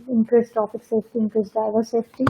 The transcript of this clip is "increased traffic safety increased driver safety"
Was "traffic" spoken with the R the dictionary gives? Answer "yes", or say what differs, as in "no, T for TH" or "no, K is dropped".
no, R is dropped